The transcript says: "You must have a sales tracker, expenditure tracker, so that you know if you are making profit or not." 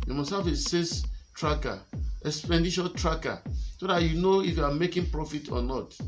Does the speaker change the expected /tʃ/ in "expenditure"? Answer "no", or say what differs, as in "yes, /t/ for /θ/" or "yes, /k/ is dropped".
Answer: yes, /ʃ/ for /tʃ/